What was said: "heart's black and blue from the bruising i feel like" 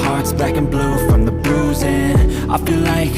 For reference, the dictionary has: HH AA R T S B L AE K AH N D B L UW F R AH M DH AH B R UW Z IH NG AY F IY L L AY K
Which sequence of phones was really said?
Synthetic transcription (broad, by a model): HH AA R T S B AE K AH N B L UW F R AH M DH AH B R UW Z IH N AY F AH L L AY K